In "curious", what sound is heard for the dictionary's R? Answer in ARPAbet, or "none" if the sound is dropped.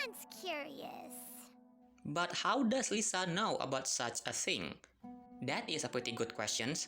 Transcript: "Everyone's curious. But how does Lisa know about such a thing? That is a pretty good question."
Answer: R